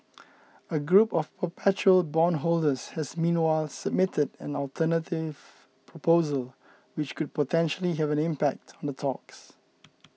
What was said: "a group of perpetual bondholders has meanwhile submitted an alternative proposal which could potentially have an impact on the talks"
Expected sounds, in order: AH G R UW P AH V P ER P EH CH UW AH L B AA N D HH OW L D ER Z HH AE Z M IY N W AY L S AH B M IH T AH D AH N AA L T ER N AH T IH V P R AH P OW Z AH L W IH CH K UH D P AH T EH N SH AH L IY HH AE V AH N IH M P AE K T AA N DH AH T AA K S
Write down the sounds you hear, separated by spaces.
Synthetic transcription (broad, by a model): AH G R UW P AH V P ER P EH CH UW AH L B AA N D HH OW L D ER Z HH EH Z M IY N W AY L S AH B M IH T AH D AH N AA L T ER N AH T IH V P R AH P OW Z AH L W IH CH K UH D P AH T EH N SH AH L IY HH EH V AH N IH M P AE K T AA N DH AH T AA K S